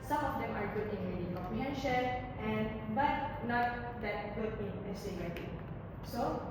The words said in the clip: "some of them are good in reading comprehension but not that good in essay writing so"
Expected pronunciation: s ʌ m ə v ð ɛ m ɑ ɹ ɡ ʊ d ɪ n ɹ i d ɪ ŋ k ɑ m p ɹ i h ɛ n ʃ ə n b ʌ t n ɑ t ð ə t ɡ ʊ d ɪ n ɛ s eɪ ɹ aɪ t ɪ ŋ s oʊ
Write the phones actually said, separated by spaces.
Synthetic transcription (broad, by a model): s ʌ m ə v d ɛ m ɑ ɹ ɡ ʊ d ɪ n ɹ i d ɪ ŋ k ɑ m p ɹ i h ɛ n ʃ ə n b ʌ t n ɑ t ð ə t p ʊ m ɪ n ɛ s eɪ l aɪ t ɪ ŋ s oʊ